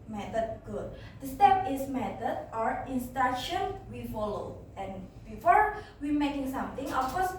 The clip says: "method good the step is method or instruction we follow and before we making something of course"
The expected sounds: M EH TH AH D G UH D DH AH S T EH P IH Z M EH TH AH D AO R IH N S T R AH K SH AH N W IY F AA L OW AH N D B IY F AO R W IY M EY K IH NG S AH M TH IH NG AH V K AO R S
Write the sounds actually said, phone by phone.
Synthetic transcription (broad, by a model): M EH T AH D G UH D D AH S T EH P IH S M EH T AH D AO R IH N S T AA SH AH N W IY F AA L OW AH N B IY F AO R W IY M EY K IH NG S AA M T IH NG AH F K AO S